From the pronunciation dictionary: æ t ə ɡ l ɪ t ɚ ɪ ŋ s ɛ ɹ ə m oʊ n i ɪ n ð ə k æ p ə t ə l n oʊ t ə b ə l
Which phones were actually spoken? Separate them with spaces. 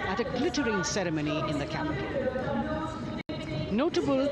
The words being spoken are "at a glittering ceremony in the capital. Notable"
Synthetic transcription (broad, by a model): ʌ t ə ɡ l ɪ t ɚ ɪ ŋ s ɛ ɹ ə m oʊ n i ɪ n ð ə k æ ə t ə n oʊ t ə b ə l